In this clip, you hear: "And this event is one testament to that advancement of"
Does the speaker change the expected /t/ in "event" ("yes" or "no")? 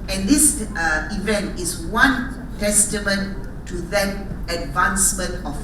no